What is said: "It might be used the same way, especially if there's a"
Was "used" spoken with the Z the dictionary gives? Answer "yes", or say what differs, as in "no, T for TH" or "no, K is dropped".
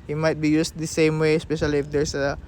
no, S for Z